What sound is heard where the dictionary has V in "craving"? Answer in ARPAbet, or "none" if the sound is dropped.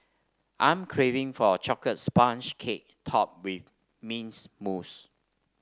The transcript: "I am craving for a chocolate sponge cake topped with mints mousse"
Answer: V